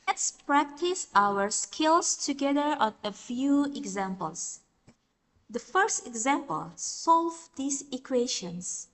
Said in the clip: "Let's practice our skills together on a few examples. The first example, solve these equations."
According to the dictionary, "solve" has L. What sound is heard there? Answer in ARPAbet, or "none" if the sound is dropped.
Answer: L